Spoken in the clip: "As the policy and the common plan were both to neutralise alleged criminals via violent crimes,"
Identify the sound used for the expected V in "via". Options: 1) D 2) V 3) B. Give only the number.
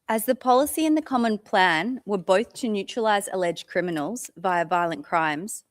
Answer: 2